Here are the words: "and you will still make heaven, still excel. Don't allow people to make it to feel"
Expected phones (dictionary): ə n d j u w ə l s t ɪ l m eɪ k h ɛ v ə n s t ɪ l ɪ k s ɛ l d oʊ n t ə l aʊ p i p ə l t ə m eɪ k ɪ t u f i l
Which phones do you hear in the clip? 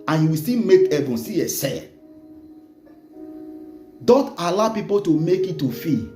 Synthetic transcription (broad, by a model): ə n j u w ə s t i m eɪ k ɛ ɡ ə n s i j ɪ s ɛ d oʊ n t ə l aʊ p i p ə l t ə m eɪ k ɪ t u f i